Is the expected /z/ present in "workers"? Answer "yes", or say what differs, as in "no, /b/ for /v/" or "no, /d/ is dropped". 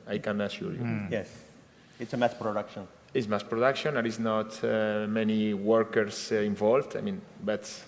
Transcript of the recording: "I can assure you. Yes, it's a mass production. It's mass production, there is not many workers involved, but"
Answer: no, /s/ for /z/